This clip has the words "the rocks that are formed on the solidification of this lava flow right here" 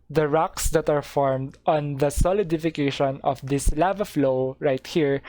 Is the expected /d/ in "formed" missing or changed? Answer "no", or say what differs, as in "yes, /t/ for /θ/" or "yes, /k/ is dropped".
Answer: no